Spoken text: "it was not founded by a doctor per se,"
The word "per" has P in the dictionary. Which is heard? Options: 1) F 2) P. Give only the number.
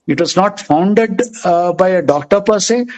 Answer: 2